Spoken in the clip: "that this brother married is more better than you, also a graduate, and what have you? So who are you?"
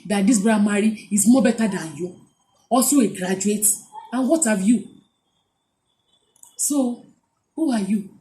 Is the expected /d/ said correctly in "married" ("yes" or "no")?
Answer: no